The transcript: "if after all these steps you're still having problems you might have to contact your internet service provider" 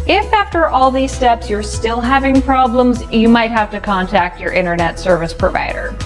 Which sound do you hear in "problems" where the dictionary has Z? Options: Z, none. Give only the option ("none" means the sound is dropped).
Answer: Z